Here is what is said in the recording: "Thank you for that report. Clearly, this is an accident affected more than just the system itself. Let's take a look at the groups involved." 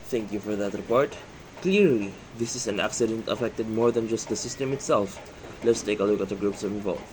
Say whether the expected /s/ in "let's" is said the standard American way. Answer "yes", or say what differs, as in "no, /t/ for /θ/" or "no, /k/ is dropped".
yes